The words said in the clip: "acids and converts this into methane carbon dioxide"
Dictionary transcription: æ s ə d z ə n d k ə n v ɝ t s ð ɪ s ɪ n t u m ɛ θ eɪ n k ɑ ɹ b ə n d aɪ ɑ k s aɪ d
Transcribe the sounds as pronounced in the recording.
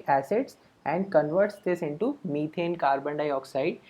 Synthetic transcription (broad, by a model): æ s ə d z ə n d k ə n v ɝ t s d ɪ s ɪ n t u m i t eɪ n k ɑ ɹ b ə n d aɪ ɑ k s aɪ d